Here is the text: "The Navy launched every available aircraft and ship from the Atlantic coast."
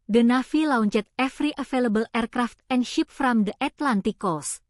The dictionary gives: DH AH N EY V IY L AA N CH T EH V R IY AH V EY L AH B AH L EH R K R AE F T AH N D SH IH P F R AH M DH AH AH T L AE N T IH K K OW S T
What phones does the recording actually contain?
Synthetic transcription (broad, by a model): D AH N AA F IY L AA N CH T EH F R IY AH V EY L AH B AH L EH R K R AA F T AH N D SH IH P F R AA M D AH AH T L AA N T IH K K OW S